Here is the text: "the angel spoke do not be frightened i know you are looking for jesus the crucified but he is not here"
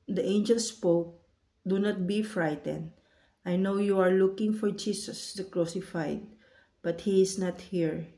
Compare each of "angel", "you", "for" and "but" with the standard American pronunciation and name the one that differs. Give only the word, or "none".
none